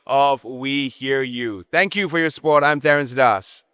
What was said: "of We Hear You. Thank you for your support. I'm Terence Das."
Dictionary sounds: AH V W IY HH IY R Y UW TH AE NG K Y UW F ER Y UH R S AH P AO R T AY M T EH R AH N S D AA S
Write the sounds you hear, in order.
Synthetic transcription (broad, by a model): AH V W IY HH IY R Y UW TH AE NG K Y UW F ER Y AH R S AH P AO R T AY M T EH R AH N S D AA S